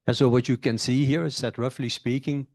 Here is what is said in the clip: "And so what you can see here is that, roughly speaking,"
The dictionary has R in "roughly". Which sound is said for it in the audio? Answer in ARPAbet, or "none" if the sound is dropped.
R